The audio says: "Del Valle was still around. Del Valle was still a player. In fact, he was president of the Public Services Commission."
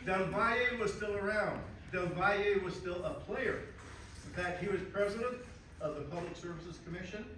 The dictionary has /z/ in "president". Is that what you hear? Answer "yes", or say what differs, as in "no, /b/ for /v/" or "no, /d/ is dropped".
yes